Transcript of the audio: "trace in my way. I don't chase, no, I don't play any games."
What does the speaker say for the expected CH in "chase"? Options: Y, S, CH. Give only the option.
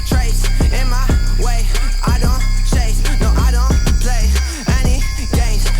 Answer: S